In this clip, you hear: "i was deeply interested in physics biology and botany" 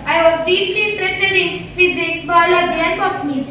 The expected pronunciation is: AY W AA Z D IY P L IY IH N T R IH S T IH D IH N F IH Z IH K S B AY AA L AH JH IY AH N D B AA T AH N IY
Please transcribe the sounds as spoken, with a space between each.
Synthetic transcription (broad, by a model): AY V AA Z D IY P L IY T R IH T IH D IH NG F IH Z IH K S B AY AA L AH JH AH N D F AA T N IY